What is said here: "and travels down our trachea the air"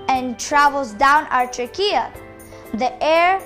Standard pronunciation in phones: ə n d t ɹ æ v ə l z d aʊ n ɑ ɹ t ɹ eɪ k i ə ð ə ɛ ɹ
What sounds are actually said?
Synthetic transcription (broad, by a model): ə n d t ɹ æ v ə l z d aʊ n ɑ ɹ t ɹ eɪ k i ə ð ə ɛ ɹ